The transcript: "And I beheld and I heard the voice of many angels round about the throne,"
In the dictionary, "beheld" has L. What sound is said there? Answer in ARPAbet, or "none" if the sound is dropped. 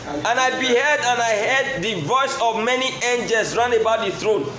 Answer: none